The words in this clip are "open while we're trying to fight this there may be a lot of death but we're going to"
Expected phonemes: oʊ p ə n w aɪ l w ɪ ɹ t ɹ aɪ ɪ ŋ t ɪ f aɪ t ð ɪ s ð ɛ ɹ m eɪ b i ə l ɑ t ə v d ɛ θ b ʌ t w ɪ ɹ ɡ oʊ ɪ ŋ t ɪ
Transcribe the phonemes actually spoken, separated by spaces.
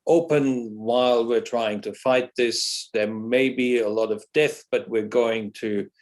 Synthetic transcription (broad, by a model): oʊ p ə n w aɪ l w ɪ ɹ t ɹ aɪ ɪ ŋ t ɪ f aɪ t ð ɪ s ð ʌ ɹ m eɪ b i ə l ɑ t ə v d ɛ θ b ʌ t w ɪ ɹ ɡ oʊ ɪ ŋ t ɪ